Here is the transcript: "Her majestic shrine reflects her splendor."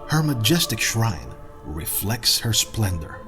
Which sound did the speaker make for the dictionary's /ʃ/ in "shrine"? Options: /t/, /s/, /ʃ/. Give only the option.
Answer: /ʃ/